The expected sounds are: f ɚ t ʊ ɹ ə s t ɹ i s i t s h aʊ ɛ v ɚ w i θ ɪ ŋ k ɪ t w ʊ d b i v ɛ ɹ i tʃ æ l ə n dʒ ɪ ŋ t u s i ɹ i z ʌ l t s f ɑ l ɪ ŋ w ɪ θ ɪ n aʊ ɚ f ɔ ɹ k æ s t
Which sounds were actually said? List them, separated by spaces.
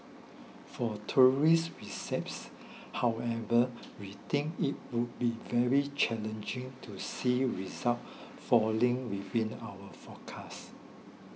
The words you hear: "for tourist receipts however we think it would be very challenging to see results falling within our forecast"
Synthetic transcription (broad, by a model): f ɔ t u ɹ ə s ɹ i s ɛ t s h aʊ ɛ v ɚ w i t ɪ ŋ k ɪ t w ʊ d b i v ɛ ɹ i tʃ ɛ l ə n dʒ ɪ ŋ t u s i ɹ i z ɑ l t f ɑ l ɪ ŋ w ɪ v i n aʊ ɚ f ɔ k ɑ s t